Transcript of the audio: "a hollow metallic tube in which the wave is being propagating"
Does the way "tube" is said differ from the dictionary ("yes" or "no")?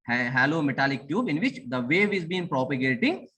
no